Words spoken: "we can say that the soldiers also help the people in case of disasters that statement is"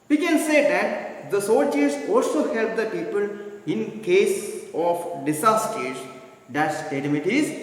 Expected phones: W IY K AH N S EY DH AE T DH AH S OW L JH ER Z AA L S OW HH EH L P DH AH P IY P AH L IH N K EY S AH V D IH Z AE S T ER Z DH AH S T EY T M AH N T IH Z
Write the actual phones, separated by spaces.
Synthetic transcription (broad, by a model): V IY K AH N S EY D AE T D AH S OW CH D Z AA L S OW HH EH L P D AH P IY P AH L IH N K EY S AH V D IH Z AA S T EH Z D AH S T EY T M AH T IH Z